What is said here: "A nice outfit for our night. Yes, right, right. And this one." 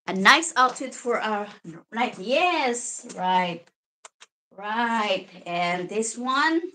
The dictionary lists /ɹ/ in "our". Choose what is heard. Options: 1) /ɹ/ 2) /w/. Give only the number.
1